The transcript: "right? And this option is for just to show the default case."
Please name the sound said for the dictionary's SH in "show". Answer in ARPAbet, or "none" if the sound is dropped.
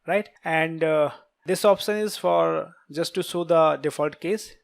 S